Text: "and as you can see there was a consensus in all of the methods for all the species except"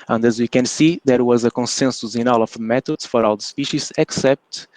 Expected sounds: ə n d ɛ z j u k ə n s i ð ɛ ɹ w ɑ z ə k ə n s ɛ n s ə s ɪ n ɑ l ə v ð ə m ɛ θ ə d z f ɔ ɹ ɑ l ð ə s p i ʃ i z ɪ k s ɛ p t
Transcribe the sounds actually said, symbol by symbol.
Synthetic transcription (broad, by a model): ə n d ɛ z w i k ə n s i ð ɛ ɹ w ɑ z ə k ə n s ɛ n s ə s ɪ n ɑ l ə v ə m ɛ t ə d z f ɔ ɹ ɑ l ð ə s p i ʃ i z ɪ k s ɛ p t